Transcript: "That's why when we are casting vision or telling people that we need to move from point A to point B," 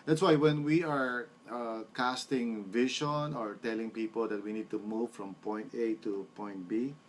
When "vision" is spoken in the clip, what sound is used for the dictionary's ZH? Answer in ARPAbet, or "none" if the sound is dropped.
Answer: SH